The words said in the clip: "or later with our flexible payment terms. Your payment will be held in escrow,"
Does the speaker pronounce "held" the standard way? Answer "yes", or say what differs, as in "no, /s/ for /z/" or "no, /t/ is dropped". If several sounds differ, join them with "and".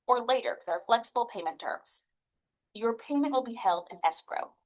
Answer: yes